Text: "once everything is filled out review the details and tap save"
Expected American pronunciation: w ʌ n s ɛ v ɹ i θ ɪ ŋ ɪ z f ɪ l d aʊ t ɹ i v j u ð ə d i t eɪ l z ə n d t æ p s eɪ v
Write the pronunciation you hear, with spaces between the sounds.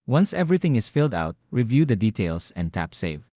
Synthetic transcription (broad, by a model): w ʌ n s ɛ v ɹ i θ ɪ ŋ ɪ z f ɪ l d aʊ t ɹ i v j u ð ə d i t eɪ l s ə n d t æ p s eɪ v